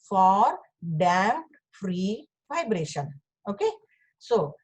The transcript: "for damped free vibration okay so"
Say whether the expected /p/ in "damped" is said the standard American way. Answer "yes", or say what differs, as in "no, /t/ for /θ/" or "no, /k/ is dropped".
no, /p/ is dropped